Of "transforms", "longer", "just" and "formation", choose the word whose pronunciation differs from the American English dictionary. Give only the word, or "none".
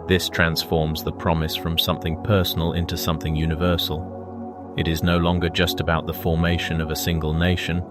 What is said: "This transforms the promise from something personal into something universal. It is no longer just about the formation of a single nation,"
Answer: none